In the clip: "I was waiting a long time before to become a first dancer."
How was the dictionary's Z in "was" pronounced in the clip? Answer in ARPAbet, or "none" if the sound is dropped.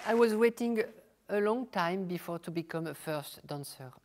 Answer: Z